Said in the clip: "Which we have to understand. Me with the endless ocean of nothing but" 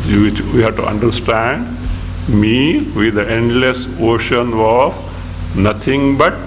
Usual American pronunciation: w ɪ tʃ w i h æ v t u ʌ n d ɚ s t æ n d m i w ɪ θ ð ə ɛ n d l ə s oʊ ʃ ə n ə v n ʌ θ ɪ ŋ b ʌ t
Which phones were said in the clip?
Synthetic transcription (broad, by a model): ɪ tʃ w i h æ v t u ʌ n d ɚ s t æ n d m i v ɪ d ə ɛ n d l ə s oʊ ʃ ə n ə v n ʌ t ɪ ŋ b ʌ t